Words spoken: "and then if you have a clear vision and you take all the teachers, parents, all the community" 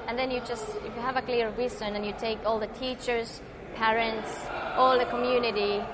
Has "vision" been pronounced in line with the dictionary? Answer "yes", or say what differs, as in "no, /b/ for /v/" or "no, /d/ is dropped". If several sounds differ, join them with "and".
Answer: no, /s/ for /ʒ/